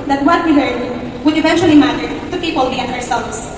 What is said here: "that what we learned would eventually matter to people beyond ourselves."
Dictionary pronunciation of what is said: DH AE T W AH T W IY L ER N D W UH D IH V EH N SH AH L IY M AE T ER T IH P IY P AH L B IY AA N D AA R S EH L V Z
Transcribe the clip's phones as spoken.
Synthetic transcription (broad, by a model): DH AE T W AH T W IY L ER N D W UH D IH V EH N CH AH L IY M AE T ER T IH P IY P AH L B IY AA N AA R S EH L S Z